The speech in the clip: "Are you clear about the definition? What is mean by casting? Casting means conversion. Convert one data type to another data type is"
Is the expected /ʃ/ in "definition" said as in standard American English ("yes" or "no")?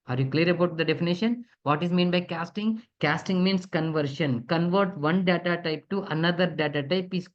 yes